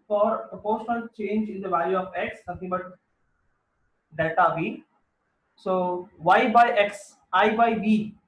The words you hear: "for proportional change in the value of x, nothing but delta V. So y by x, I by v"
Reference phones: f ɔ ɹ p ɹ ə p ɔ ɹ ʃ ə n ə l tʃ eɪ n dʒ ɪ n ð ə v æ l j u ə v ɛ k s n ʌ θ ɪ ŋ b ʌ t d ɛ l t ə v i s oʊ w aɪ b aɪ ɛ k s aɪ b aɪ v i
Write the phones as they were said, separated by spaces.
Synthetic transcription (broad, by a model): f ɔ ɹ p ɹ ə p ɔ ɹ ʃ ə n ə l tʃ eɪ n dʒ ɪ n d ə v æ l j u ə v ɛ k s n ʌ t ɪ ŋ b ʌ t d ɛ t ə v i s oʊ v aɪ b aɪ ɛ k s aɪ b aɪ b i